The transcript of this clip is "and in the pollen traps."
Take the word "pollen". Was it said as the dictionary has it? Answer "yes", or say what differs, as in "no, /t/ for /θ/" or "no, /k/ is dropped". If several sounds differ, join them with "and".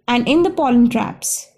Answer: yes